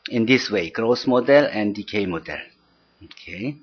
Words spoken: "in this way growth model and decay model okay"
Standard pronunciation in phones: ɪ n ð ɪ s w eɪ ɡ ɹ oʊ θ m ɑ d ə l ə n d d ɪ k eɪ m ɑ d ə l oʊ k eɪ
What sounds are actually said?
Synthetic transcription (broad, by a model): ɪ n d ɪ s w eɪ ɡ ɹ oʊ s m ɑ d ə l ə n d d ɪ k eɪ m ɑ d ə l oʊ k eɪ